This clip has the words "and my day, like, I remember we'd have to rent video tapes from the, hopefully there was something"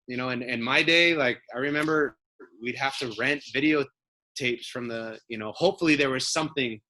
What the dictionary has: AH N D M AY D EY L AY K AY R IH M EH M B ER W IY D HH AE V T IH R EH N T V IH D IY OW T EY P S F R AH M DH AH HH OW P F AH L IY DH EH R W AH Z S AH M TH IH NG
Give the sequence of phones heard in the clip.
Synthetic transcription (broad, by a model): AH N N M AY D EY L AY K AY R IH M EH M B ER W IY D HH AE F T IH R EH N T V IH D IY OW T EY P S F R AH M DH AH HH OW P F L IY DH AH R W AH Z S AH M TH IH NG